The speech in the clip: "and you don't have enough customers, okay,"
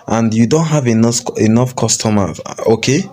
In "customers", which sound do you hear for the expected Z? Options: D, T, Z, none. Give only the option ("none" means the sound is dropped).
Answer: none